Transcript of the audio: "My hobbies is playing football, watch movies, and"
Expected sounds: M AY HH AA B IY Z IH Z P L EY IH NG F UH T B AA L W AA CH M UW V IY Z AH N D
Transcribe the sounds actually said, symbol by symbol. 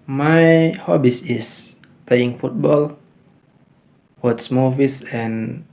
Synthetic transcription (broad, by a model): M AY HH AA B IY S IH S P L EY IH NG F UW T B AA L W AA S M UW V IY S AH N